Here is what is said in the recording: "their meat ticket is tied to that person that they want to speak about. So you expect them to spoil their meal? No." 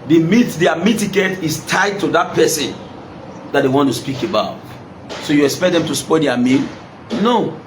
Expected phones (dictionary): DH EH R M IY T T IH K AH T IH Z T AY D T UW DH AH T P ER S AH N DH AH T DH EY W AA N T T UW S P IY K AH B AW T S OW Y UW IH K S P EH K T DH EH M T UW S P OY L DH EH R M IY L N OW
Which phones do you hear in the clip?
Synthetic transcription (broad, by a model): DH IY M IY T T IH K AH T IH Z T AY D T UW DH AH T P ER S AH N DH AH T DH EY W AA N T T UW S P IY K AH B AW T S OW Y UW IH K S P EH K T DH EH M T UW S P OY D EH M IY N N OW